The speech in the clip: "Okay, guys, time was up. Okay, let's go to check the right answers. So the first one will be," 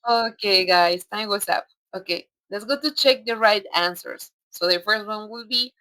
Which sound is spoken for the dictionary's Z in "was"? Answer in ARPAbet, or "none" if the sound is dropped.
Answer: S